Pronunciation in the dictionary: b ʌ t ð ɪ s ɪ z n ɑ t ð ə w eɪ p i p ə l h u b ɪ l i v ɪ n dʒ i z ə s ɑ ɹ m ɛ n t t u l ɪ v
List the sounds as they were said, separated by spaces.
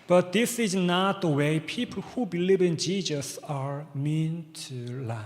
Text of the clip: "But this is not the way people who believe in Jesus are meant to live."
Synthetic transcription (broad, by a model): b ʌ t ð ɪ s ɪ z n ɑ t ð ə w eɪ p i p ə l h u b ɪ l i v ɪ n dʒ i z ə s ɑ ɹ m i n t t u l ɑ